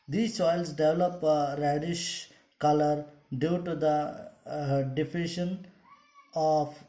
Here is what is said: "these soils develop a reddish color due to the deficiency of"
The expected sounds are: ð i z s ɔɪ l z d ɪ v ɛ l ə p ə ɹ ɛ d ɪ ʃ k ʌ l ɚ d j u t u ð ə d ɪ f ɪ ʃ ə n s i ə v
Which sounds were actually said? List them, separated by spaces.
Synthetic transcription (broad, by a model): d i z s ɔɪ l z d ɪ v l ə p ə ɹ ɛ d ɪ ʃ k ʌ l ɚ d j u t u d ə d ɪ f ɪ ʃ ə n i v